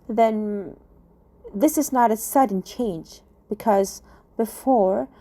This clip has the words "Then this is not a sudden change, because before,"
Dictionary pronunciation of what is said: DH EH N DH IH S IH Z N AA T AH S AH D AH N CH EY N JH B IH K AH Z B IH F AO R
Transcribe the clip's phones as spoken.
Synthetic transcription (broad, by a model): DH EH N DH IH S IH Z N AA T AH S AH D N CH EY N JH B IH K AH Z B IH F AO R